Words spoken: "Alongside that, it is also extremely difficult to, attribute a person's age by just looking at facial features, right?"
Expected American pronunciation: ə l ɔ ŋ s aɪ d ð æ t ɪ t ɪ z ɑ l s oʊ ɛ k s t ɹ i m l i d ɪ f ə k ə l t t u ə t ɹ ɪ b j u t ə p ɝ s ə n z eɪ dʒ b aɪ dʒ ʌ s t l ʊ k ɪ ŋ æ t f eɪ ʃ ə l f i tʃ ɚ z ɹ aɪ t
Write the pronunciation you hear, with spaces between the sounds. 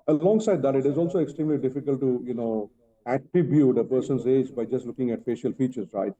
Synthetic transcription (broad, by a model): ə l ɔ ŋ s aɪ d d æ t ɪ t ɪ z ɑ l s oʊ ɛ k s t ɹ i m l i d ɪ f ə k ə l t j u ə t ɹ ɪ b j u t ə p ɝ s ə n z eɪ dʒ b aɪ dʒ ʌ s t l ʊ k ɪ ŋ æ t f eɪ ʃ ə l f i tʃ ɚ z ɹ aɪ t